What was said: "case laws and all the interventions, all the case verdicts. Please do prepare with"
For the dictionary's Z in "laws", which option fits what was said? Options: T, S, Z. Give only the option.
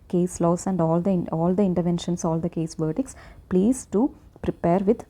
S